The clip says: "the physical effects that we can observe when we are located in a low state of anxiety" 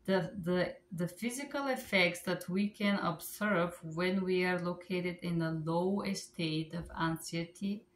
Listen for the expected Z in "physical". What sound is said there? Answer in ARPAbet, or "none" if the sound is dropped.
Z